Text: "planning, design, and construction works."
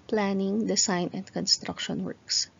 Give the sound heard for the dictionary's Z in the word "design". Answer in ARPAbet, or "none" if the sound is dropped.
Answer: S